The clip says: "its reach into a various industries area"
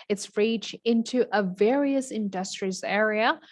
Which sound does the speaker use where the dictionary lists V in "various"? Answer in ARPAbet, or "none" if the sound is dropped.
V